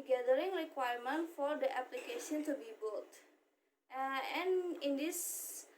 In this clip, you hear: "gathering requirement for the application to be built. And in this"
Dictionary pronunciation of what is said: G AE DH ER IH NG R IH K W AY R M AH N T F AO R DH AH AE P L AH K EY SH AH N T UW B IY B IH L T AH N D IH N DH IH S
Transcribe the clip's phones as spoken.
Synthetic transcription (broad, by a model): G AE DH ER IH NG R IH K W AY R M AH N T F AO R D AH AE P L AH K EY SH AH N T UW B IY B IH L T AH N IH N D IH S